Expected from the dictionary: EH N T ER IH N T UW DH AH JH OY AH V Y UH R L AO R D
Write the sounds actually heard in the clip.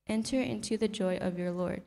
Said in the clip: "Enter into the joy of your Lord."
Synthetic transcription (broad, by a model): EH N T ER IH N T UW DH AH JH OY AH V Y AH R L AO R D